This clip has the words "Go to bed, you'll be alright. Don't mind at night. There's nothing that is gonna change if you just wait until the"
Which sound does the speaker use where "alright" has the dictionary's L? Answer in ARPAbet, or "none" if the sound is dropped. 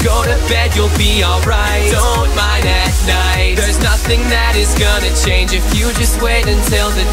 L